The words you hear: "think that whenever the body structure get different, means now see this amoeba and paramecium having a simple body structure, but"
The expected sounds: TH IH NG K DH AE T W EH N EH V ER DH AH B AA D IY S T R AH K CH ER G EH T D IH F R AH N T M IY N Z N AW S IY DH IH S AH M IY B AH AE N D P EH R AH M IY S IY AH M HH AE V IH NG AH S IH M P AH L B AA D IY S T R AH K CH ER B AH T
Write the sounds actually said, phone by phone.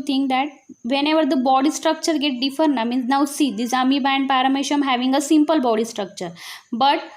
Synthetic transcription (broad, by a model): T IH NG K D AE T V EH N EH V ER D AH B AA D IY S T R AH K CH ER G EH T D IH F AH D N M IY N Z N AW S IY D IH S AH M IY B AE N D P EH R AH M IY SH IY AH M HH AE V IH NG AH S IH M P AH L B AA D IY S T R AH K CH ER B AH T